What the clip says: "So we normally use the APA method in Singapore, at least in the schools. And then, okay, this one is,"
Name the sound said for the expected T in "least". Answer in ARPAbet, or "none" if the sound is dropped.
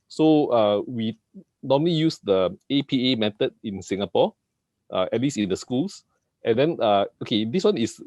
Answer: none